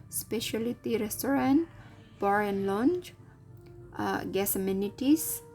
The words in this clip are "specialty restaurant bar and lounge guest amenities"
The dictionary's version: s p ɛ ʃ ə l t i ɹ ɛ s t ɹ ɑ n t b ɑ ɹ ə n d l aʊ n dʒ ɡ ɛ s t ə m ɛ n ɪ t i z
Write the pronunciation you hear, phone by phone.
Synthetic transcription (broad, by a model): s p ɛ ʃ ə l t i ɹ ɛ s t ɹ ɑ n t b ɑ ɹ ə n l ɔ n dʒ ɡ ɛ s ə m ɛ n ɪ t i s